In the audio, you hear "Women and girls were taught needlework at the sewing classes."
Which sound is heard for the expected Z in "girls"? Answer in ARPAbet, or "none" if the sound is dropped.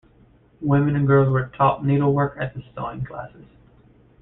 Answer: Z